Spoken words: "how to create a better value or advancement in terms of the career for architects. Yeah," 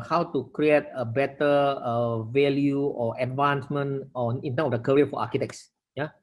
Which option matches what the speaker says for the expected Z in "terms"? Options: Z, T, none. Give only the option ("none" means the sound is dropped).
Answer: none